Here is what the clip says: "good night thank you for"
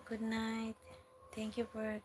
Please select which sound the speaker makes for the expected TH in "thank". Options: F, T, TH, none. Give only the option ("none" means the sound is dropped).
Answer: T